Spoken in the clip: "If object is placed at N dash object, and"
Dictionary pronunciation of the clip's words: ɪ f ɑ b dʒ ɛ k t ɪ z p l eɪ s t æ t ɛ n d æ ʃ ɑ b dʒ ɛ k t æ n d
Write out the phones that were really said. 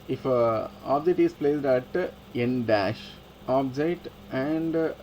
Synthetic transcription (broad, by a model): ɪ f ɑ b dʒ ɛ k t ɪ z p l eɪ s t æ t ɛ n d æ ʃ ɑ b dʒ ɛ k t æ n d